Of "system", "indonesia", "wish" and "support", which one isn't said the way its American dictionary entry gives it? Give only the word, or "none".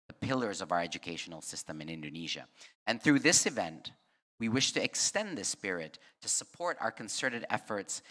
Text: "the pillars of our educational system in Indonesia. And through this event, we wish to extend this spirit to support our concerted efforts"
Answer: none